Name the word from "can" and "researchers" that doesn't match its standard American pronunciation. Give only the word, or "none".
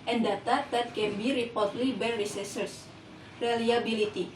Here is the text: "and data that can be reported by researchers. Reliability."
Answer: researchers